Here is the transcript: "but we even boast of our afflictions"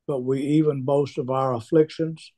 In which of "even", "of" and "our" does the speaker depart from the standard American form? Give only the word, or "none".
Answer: none